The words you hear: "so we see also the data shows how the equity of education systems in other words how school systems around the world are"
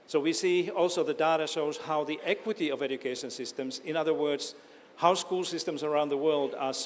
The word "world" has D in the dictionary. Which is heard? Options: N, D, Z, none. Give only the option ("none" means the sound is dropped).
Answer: D